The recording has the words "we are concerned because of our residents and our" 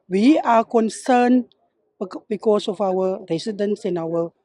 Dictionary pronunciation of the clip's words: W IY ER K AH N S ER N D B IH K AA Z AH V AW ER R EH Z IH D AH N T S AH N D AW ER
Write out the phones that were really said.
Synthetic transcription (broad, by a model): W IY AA K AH N S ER N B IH K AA S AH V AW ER R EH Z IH D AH N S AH N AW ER